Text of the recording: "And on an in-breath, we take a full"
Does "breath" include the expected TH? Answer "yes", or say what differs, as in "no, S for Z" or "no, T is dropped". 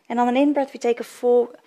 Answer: no, T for TH